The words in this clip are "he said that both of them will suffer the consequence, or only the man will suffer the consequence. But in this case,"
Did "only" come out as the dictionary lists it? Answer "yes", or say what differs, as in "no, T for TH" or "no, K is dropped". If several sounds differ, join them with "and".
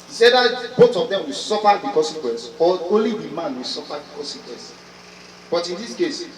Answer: no, N is dropped